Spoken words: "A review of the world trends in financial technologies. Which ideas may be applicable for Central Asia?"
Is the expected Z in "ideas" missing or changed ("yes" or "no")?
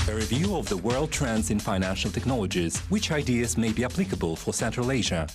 no